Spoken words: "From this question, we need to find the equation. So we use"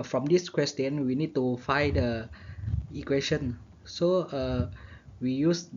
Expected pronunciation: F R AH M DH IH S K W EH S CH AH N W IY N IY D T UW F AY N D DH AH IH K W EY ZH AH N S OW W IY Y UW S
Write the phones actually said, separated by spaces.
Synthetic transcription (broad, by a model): F R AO M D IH S K W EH S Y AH N W IY N IY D T UW F AY D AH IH K W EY SH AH N S OW W IY Y UW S